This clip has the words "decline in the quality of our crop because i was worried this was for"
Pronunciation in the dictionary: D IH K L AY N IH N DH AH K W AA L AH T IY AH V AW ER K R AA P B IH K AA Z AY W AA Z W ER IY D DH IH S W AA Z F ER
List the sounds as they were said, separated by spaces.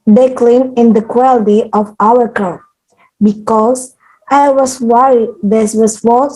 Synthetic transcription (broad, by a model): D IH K L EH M IH N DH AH K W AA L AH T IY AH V AW ER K AA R B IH K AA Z AY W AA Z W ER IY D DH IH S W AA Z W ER